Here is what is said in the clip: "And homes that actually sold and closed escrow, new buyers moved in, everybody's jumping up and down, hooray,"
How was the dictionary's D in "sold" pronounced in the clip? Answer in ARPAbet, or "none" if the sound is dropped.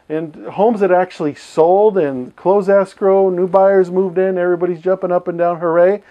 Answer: D